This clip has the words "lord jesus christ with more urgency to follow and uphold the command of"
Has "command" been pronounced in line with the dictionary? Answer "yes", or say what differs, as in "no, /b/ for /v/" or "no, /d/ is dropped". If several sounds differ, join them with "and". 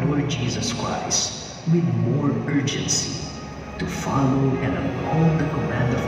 yes